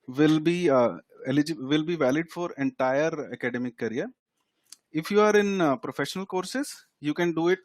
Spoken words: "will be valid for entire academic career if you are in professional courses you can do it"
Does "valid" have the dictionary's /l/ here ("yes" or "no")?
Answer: yes